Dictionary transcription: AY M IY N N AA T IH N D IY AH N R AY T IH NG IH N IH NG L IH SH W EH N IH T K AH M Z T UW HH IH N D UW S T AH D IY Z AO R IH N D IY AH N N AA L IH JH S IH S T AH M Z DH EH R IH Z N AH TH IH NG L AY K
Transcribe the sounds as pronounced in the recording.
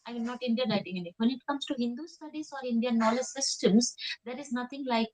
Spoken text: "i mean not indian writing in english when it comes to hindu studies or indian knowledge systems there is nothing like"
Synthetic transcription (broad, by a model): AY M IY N N AA T IH N D IY AH N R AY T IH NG IH N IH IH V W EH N IH T K AH M S T UW HH IH N D UW S T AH D IY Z AO R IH N D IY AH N N AA L IH JH S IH S T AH M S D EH R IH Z N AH T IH NG L AY K